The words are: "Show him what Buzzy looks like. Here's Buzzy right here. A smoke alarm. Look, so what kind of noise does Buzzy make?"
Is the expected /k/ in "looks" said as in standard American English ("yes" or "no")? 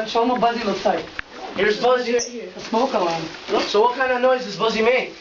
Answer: no